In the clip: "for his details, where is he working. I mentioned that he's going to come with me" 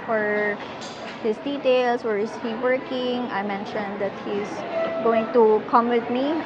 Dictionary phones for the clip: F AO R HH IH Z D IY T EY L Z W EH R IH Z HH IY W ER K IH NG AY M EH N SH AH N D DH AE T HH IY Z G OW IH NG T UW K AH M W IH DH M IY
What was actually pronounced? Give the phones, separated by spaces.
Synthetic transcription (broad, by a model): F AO R HH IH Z D IY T EY L S W EH R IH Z HH IY W ER K IH NG AY M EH N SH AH N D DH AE T HH IY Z G OW IH NG T UW K AH M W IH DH M IY